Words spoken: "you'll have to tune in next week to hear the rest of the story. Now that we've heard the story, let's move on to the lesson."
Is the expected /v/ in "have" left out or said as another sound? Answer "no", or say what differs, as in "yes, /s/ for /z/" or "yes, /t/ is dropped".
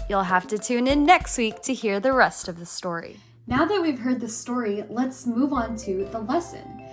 yes, /f/ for /v/